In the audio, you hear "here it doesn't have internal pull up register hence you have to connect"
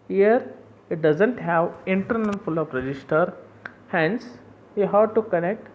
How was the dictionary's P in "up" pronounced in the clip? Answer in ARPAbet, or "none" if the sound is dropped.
F